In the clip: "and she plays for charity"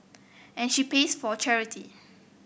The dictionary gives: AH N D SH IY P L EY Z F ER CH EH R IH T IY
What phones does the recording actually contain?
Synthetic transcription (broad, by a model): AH N SH IY P EY S F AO CH EH R IH T IY